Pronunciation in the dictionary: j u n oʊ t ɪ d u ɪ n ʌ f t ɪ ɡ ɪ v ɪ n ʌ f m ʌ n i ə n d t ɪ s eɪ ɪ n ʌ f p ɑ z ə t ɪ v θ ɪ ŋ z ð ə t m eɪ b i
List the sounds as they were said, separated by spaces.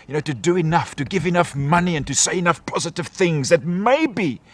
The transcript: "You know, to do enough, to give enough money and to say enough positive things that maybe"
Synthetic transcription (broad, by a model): j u n oʊ t ɪ d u ɪ n ʌ f t ɪ ɡ ɪ v ɪ n ʌ f m ʌ n i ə n t ɪ s eɪ ɪ n ʌ f p ɑ z ə t ɪ v θ ɪ ŋ z ð ə t m eɪ b i